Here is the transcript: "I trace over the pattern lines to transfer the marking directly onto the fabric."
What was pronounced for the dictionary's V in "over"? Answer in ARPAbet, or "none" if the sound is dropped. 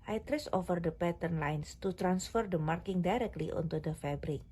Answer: F